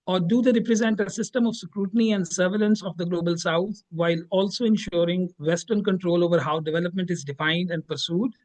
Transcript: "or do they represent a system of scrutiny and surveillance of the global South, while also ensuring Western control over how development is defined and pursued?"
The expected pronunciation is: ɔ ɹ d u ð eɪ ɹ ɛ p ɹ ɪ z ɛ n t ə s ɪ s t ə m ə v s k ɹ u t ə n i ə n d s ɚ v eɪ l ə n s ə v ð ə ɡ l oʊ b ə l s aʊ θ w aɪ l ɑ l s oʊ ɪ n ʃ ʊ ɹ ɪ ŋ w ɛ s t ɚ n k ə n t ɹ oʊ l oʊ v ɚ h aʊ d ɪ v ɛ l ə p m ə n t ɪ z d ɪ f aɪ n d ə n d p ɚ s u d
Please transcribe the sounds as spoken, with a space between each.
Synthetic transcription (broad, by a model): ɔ ɹ d u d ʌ ɹ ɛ p ɹ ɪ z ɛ n t ə s ɪ s t ə m ə v s k ɹ u t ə n i ə n d s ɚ v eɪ l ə n s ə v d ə ɡ l oʊ b ə l s aʊ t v aɪ l ɑ l s oʊ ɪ n ʃ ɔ ɹ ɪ ŋ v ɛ s t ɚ n k ə n t ɹ oʊ l oʊ v ɚ h aʊ d ɪ v ɛ l ə p m ə n t ɪ z d ɪ f aɪ n d ə n d p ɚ s u d